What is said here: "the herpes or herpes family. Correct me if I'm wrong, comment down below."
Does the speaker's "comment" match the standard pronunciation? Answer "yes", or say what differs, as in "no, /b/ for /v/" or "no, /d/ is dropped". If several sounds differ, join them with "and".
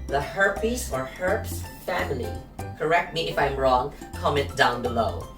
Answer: no, /n/ is dropped